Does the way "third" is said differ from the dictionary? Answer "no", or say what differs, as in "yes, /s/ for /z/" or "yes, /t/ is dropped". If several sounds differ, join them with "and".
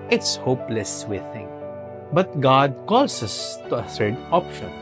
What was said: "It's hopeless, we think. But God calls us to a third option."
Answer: yes, /s/ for /θ/